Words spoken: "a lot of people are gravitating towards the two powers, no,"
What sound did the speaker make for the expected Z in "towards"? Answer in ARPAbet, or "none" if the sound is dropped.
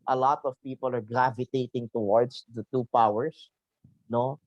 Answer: S